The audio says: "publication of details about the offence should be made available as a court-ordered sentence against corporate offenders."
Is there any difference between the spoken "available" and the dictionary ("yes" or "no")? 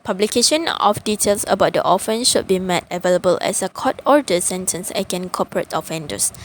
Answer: no